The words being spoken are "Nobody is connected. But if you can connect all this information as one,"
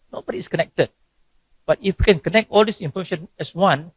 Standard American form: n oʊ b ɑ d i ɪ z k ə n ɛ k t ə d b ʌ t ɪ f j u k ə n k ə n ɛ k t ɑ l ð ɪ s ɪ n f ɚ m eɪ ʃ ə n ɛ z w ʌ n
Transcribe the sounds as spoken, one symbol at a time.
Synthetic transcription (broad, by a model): n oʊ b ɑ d i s k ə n ɛ k t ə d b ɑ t ɪ f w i k ə n k ə n ɛ k t ɑ l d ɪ s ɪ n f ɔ m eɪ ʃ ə n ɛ s w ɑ n